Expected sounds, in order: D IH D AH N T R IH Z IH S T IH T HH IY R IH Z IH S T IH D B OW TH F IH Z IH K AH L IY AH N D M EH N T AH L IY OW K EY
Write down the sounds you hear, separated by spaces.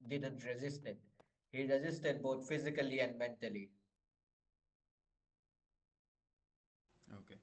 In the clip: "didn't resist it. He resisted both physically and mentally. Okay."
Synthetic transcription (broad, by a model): D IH D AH N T R IH Z IH S T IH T HH IY R IH Z IH S T IH D B OW T F IH Z IH K AH L IY AH N D M EH N T AH L IY OW K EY